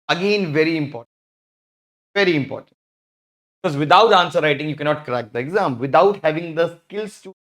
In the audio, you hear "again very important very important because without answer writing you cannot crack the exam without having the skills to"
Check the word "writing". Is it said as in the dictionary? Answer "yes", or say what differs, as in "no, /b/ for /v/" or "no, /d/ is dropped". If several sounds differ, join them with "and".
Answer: yes